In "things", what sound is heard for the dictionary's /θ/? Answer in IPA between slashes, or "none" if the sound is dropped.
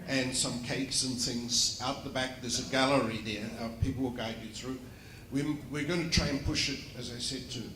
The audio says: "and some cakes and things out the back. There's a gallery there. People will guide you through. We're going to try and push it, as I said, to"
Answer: /θ/